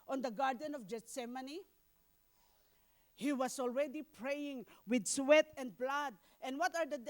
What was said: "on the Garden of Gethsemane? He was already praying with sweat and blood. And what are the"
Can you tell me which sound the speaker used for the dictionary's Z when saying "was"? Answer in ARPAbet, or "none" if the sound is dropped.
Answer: S